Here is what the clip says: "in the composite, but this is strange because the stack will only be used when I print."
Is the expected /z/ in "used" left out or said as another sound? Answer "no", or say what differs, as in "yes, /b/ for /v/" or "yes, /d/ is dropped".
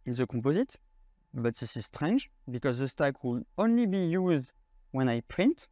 no